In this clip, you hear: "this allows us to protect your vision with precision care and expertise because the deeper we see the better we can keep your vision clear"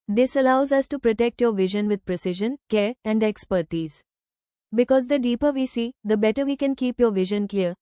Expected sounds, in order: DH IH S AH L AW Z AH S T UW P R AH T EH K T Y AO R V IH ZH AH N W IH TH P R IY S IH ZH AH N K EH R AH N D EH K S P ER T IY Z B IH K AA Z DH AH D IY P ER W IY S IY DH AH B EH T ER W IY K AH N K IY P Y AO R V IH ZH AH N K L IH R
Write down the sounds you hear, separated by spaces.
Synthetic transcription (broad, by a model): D IH S AH L AW Z AH S T UW P R AH T EH K T Y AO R V IH ZH AH N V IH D P R IY S IH ZH AH N K EH R AH N D EH K S P ER T IY Z B IH K AA Z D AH D IY P ER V IY S IY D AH B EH T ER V IY K AH N K IY P Y AO R V IH ZH AH N K L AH R